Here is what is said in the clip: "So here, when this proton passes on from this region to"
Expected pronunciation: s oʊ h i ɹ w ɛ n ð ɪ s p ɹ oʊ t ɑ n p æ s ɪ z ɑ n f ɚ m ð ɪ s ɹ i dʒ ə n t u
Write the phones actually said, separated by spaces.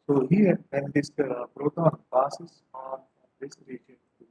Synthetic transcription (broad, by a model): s oʊ h i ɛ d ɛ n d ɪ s b ɹ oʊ t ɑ n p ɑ s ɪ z ɑ n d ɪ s ɹ i dʒ ə n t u